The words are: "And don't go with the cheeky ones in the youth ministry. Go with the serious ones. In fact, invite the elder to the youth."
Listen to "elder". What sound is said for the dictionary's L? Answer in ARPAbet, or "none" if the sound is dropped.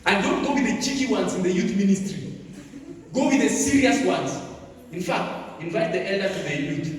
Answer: L